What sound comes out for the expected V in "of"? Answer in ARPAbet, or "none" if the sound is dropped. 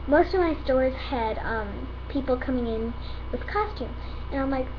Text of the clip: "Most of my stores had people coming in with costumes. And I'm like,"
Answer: V